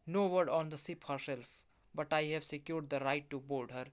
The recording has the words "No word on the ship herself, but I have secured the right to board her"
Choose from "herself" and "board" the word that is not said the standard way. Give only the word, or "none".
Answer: board